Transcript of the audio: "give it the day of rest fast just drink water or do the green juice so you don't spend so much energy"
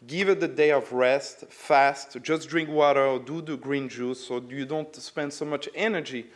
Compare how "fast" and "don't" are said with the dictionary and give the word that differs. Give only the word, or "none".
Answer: none